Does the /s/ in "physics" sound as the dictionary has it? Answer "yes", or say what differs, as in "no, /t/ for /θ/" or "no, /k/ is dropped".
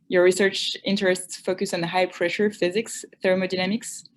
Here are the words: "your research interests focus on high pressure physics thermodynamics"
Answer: yes